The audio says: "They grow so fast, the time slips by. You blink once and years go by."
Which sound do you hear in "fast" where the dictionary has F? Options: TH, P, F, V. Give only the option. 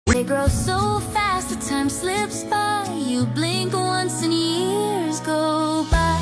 F